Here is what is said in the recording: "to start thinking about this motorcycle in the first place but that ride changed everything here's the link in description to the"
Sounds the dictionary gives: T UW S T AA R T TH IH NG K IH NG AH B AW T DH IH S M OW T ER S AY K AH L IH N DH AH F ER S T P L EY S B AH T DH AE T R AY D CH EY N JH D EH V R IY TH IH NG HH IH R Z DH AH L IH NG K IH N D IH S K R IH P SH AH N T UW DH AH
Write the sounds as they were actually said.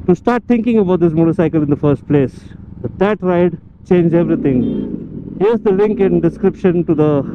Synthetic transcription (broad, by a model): T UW S T AA R T T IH NG K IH NG AH B AW T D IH S M OW T ER S AY K AH L IH N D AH F ER S T P L EY S B AH T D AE T R AY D CH EY N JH EH V R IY T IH NG HH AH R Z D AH L IH NG K IH N D IH S K R IH P SH AH N T UW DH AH